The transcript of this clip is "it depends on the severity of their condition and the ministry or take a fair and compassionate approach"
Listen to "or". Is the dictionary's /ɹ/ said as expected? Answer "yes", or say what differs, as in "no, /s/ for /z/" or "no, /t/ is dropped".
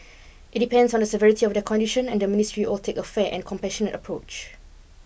no, /l/ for /ɹ/